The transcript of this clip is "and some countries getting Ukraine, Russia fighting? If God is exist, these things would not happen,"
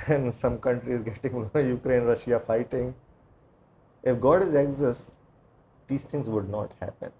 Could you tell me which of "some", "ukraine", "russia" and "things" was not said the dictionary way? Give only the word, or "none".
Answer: things